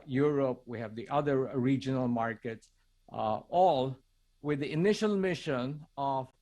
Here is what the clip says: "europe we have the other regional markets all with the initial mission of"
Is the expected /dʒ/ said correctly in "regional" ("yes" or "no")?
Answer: yes